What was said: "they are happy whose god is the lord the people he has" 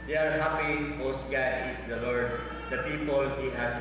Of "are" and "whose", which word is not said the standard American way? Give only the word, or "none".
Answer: whose